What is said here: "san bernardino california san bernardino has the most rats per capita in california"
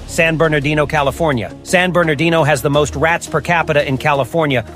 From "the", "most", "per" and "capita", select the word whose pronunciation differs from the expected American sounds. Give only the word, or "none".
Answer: none